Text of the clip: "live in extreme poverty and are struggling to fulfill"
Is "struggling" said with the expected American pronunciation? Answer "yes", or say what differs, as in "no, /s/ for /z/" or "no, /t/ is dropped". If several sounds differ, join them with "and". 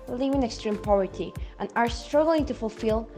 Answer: yes